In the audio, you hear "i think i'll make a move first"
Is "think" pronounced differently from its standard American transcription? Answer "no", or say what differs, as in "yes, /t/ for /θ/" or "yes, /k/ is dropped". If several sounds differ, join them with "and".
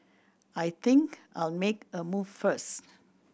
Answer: yes, /t/ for /θ/